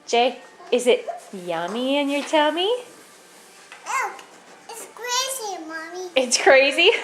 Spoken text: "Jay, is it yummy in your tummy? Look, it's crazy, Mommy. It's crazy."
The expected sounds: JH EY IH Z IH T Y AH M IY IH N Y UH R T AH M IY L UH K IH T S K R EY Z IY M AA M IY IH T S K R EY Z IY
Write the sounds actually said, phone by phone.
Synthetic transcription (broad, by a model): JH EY IH Z IH T Y AH M IY IH N Y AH R T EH M IY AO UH IH T S K R EY Z IY M AA M IY IH T S K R EY Z IY